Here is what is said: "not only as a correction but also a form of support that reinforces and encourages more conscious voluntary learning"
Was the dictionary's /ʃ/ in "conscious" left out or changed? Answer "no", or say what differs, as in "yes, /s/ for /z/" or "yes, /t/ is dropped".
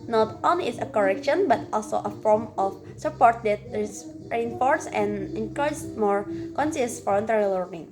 yes, /s/ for /ʃ/